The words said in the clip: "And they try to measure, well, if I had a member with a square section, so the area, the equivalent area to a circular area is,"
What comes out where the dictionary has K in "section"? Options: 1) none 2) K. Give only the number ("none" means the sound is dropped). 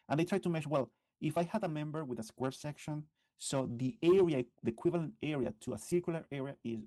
2